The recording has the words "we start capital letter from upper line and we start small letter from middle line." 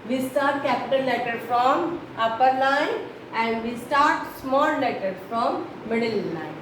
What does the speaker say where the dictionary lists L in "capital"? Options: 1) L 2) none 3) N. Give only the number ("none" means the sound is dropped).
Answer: 3